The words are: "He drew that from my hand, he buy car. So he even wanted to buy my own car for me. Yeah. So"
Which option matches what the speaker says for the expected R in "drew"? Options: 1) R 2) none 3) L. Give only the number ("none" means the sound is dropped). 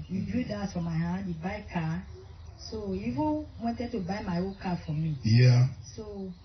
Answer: 2